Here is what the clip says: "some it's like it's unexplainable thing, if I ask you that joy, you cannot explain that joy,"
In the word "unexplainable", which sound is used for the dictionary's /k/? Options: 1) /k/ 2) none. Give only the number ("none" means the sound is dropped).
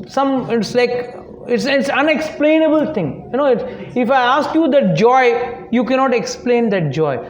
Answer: 1